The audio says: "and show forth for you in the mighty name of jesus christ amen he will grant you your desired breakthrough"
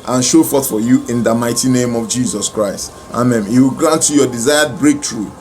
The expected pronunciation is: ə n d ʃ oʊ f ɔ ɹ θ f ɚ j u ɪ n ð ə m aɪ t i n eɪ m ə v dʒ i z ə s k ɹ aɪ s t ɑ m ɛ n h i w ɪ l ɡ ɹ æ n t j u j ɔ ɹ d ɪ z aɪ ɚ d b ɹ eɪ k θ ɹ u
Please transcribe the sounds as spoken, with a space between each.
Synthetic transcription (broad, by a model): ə n ʃ oʊ f ɔ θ f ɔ j u ɪ n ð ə m aɪ t i n eɪ m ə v dʒ i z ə s k ɹ aɪ s t ɑ m ɛ n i w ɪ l ɡ ɹ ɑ n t j u j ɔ d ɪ z aɪ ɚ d b ɹ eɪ k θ ɹ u